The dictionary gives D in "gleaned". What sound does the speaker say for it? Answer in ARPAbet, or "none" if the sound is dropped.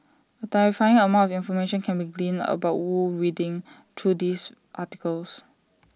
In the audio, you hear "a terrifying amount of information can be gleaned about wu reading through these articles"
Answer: none